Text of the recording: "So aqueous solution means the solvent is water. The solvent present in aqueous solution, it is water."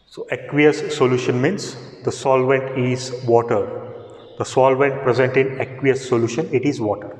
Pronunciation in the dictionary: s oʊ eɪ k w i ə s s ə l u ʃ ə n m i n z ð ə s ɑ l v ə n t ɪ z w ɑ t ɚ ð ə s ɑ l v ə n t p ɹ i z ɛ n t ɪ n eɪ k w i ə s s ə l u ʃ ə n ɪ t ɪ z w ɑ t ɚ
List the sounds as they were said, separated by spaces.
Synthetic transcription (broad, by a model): s oʊ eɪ k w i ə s s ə l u ʃ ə n m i n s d ə s ɑ l v ə n t ɪ z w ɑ t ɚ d ə s ɑ l v ə n t p ɹ i z ɛ n t ɪ n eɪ k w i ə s s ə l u ʃ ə n ɪ t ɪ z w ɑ t ɚ